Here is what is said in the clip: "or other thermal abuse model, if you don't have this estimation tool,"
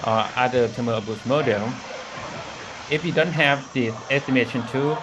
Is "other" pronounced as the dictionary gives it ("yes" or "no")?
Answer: no